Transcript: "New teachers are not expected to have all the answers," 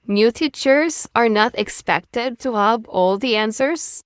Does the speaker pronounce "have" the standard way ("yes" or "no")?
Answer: no